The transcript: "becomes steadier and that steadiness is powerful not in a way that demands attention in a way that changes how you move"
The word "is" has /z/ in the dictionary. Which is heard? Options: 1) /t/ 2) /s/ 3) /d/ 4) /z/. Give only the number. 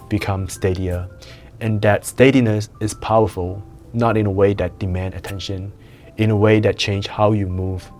2